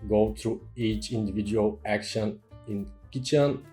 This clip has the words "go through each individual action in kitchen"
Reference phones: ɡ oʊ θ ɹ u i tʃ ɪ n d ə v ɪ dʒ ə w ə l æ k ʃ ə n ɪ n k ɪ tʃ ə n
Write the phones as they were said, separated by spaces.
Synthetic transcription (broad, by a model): ɡ oʊ t ɹ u i tʃ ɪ n d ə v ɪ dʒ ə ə l æ k ʃ ə n ɪ n k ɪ tʃ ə n